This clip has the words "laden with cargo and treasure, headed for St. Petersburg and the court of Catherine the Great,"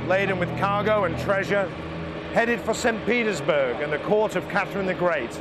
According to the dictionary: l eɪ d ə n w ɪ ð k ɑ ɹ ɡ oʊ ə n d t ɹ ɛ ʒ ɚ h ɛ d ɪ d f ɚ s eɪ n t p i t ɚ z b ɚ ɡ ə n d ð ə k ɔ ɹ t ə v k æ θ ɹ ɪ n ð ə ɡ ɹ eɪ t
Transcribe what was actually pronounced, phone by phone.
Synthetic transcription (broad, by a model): l eɪ d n w ɪ ð k ɑ ɹ ɡ oʊ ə n t ɹ ɛ ʒ ɚ h ɛ d ɪ d f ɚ s eɪ n p i t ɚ z b ɚ ɡ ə n ð ə k ɔ ɹ t ə v k æ θ ɹ ɪ n ð ə ɡ ɹ eɪ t